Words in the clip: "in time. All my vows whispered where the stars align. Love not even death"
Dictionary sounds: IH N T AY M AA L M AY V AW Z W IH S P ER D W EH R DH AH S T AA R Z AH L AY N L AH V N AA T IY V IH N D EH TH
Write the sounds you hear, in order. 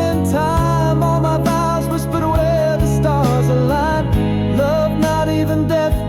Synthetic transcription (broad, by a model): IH N T AY M AA L M AY B AW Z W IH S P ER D W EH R DH AH S T AA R Z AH L AY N L AH V N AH T IY V IH N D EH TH